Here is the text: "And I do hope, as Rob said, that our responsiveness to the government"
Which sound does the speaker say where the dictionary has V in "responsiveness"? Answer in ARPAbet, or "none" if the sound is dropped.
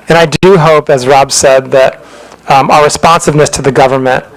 V